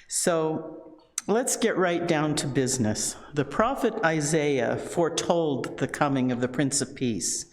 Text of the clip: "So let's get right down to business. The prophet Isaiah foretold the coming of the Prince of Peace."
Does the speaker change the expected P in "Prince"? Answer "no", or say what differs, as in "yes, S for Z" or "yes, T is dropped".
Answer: no